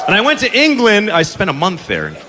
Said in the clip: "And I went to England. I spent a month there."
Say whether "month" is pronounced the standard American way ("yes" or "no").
yes